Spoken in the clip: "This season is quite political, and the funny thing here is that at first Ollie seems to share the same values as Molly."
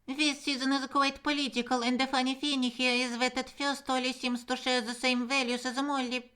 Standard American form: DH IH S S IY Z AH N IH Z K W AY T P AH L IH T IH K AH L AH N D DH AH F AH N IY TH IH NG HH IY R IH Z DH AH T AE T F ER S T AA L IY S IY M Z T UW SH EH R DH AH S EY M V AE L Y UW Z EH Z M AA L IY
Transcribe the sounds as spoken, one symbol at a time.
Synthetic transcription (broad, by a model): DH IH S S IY Z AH N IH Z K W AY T P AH L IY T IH K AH L AH N D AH F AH N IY F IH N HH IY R IH Z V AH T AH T F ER S T AA L IY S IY M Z T UW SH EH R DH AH S EY M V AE L Y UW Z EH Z M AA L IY